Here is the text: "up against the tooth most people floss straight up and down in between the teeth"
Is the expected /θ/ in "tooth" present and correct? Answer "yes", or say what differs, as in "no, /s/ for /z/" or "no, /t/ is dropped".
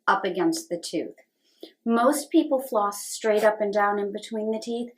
yes